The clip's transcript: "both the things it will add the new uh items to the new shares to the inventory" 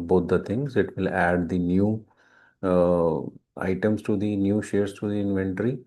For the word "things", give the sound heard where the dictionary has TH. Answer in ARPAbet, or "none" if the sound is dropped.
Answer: T